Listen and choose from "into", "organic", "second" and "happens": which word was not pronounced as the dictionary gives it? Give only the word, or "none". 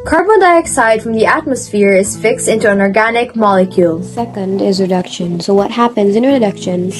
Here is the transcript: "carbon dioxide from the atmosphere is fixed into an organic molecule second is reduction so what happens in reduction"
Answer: none